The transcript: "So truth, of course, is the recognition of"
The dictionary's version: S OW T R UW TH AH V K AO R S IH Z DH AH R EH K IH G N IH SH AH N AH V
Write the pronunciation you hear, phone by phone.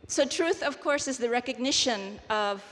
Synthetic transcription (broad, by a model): S OW T R UW TH AH V K AO R S IH Z DH AH R EH K IH G N IH SH AH N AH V